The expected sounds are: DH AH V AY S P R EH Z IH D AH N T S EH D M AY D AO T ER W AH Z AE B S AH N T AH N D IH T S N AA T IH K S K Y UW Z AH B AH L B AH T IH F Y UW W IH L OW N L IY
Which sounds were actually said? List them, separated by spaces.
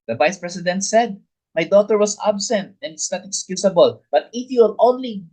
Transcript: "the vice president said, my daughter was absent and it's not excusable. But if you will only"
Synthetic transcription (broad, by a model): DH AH V AY S P R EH S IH D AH N T S EH D M AY D AO T ER W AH S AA B S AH N T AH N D IH T S N AA T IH K S K Y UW S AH B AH L B AH T IH F Y UW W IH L OW N L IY